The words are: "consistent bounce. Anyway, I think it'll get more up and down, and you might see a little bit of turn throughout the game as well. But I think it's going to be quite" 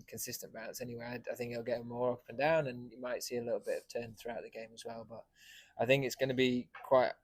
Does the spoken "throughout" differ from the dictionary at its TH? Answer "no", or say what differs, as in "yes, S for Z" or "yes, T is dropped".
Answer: no